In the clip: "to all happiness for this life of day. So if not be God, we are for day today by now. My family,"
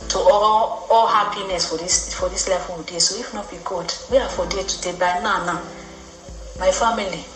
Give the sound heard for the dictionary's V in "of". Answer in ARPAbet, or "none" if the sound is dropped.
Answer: W